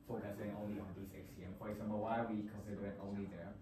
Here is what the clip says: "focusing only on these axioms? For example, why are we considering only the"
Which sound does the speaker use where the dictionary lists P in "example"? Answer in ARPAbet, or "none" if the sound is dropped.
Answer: B